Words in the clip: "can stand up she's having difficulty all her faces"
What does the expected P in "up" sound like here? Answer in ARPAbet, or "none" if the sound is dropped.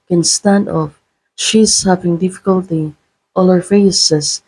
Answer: F